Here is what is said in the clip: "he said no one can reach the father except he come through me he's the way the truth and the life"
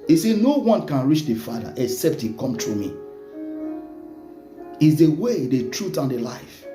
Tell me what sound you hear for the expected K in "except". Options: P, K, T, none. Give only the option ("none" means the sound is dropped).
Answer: K